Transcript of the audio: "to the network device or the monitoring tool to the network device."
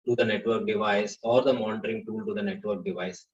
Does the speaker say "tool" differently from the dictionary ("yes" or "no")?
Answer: no